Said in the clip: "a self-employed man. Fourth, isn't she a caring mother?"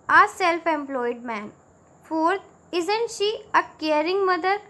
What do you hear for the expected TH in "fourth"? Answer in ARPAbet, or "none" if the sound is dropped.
T